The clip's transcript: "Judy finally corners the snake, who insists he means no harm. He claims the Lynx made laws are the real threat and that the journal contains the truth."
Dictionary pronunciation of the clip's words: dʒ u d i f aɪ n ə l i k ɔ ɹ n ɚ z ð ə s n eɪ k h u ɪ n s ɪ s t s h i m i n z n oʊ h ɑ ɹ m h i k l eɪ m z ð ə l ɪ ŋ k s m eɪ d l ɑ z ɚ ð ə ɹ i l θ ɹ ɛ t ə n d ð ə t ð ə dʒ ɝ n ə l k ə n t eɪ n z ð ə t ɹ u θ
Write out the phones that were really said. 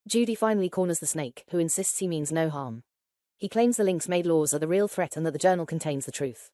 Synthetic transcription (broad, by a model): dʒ u d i f aɪ n ə l i k ɔ n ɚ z ð ə s n eɪ k h u ɪ n s ɪ s t s h i m i n z n oʊ h ɑ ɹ m h i k l eɪ m z ð ə l ɪ ŋ k s m eɪ d l ɑ z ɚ ð ə ɹ i l θ ɹ ɛ t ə n ð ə t ð ə dʒ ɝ n ə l k ə n t eɪ n z ð ə t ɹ u θ